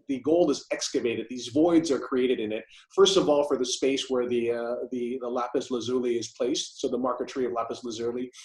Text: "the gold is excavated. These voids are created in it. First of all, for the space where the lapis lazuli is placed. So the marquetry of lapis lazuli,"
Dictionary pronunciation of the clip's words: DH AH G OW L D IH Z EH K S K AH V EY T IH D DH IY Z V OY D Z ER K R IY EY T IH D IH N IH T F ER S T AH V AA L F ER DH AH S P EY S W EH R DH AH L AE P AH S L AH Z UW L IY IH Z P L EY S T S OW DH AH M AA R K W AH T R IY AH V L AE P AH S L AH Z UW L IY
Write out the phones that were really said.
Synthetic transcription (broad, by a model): DH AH G OW L IH Z EH K S K AH V EY T IH D DH IY Z V OY D Z ER K R IY EY T IH D IH N IH T F ER S T AH V AA L F ER DH AH S P EY S W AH R DH AH L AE P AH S L AH Z UW L IY IH Z P L EY S T S OW DH AH M AA R K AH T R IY AH V L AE P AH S L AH Z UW L IY